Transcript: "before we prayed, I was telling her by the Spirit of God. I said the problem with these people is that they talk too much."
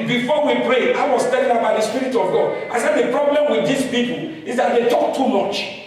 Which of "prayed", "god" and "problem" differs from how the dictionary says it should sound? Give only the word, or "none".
prayed